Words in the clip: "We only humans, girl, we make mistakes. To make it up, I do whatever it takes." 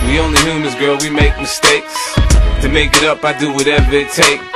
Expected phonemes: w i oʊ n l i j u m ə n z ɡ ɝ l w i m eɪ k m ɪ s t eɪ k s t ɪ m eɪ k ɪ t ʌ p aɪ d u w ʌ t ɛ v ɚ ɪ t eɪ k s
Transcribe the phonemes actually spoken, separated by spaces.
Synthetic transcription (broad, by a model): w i oʊ n l i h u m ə z ɡ ɝ l w i m eɪ k m ɪ s t eɪ k s t ɪ m eɪ k ɪ t ʌ p aɪ d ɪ w ʌ t ɛ v ɚ ɪ t eɪ k